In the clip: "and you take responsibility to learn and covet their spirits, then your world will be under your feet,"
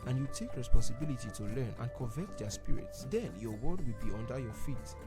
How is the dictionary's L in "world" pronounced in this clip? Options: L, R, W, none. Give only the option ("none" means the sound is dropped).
none